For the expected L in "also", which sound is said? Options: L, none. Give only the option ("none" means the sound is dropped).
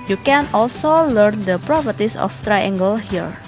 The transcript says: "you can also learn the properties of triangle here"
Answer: L